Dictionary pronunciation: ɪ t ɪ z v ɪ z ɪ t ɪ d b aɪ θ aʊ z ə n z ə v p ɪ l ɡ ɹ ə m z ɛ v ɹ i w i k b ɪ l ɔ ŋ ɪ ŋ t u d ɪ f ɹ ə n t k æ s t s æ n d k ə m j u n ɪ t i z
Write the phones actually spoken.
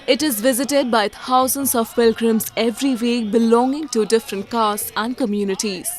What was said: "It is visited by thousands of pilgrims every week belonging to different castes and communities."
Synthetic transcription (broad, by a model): ɪ t ɪ z v ɪ z ɪ t ɪ d b aɪ t aʊ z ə n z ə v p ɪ l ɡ ɹ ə m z ɛ v ɹ i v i k b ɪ l ɔ ŋ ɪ ŋ t u d ɪ f ɹ ə n t k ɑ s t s æ n d k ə m j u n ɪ t i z